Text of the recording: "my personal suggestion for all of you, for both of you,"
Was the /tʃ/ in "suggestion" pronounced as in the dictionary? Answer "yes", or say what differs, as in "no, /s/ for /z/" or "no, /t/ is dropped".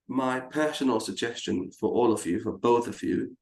yes